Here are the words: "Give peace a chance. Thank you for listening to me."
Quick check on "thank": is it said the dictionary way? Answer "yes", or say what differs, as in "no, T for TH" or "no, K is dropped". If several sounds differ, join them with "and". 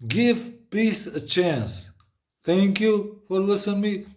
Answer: no, T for TH